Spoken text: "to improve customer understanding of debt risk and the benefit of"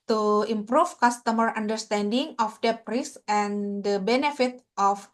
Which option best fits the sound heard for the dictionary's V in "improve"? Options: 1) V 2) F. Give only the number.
2